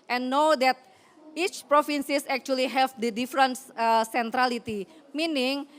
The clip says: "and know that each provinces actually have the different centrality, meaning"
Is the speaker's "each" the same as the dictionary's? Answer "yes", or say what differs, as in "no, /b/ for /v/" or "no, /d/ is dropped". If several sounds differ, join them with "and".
yes